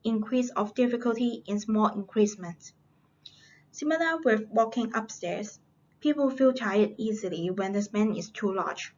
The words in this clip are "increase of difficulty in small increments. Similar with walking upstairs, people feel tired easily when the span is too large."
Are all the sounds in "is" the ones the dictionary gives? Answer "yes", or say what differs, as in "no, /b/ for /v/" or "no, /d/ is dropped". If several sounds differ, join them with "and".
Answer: no, /s/ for /z/